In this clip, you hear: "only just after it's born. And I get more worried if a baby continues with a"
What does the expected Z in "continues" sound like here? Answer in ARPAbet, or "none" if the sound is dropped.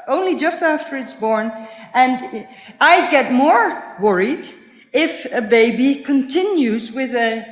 Z